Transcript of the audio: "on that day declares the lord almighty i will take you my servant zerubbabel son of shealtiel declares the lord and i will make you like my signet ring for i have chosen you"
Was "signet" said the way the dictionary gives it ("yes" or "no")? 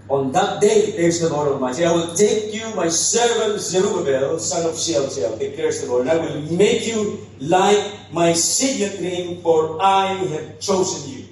no